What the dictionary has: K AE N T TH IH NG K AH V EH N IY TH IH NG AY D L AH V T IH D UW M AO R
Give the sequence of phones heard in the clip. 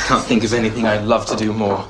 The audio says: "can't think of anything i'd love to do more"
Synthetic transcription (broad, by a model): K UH N TH IH NG K AH V EH N IY TH IH NG AY L AH V T IH D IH M AO R